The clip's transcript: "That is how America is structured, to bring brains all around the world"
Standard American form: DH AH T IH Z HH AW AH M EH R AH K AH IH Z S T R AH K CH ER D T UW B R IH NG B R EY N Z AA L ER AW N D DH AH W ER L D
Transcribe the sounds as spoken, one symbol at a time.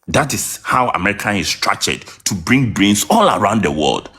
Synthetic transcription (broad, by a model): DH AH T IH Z HH AW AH M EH R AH K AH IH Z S T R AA CH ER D T UW B R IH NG B R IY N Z AA L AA AW N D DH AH W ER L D